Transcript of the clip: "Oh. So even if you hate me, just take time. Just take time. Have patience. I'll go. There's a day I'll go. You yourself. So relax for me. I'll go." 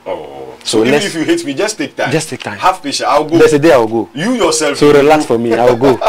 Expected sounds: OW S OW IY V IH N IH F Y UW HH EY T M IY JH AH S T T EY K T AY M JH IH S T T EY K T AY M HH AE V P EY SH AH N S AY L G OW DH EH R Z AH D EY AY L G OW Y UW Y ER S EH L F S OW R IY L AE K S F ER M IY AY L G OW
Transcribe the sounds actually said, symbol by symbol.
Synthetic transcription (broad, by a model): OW S OW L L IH IH F Y UW HH EY T M IY JH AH S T T EY K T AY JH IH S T T EY K T AY M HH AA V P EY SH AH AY W G OW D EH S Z AH D EY AY W G OW Y UW Y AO S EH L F S OW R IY L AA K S F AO M IY AY W G OW